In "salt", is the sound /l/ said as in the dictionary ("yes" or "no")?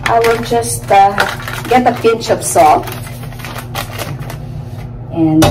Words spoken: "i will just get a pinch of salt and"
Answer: no